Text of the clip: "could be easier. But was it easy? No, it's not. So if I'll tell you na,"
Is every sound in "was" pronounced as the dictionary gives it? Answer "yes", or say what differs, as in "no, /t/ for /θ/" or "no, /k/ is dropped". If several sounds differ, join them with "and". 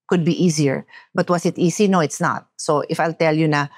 no, /s/ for /z/